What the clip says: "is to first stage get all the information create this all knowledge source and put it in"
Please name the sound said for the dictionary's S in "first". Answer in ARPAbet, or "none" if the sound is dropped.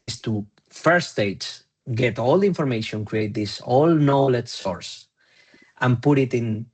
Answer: none